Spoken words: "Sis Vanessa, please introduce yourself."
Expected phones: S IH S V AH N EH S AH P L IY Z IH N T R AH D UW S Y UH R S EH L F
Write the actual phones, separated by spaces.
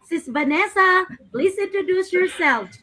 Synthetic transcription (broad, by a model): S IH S B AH N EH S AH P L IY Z IH N T R AH D UW S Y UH R S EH L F